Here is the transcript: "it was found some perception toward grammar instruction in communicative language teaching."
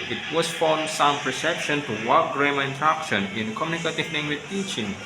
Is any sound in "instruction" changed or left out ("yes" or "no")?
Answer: yes